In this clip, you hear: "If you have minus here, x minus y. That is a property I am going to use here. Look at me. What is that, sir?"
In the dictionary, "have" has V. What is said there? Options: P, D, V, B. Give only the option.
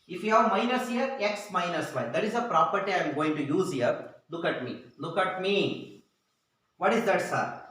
V